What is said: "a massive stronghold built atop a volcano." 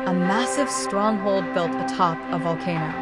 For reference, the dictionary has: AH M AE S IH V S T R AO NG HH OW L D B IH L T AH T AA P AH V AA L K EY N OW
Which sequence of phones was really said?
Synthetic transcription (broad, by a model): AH M AE S IH V S T R AO NG HH OW L D B IH L T AH T AA P AH V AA L K EY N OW